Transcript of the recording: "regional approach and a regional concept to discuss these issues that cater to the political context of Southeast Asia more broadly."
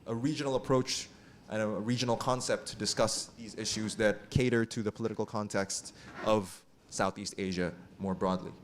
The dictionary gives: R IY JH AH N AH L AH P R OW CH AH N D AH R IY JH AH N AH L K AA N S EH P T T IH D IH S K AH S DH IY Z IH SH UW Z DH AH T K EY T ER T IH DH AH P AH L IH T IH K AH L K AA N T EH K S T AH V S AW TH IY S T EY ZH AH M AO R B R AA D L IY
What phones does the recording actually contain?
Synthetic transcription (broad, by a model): R IY JH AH N L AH P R OW CH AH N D AH R IY JH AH N L K AA N S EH P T T IH D IH S K AH S DH IY Z IH SH UW Z DH AH T K EY T ER T IH DH AH P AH L IH T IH K L K AA N T EH K S T AH V S AW TH IY S T EY ZH AH M AO R B R AA D L IY